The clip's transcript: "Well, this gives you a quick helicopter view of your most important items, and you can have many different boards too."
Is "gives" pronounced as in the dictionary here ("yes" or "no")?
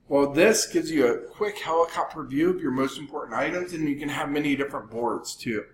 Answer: yes